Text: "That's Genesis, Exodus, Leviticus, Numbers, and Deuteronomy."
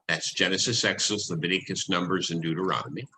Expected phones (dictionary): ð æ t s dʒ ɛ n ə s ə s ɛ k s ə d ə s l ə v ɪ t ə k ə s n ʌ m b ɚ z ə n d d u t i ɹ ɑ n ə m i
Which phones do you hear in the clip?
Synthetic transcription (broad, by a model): ð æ t s dʒ ɛ n ə s ə s ɛ k s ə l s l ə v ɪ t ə k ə s n ʌ m b ɚ z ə n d d u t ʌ ɹ ɑ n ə m i